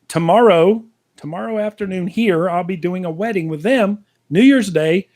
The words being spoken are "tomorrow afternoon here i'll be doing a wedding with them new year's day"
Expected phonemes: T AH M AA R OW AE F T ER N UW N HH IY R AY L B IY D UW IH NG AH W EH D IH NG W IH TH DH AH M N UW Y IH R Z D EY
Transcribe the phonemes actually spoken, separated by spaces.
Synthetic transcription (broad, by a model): T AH M AA R OW AE F T ER N UW N HH IY R AY L B IY D UW IH NG AH W EH D IH NG W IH DH AH M N UW Y IH R Z D EY